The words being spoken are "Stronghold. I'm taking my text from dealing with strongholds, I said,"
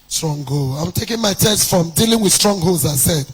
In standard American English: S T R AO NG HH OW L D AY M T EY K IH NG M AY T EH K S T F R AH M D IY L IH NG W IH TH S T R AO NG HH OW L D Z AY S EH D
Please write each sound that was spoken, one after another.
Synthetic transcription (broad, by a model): S T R AO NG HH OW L AY M T EY K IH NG M AY T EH S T F R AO M D IY L IH NG W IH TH S T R AO NG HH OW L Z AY S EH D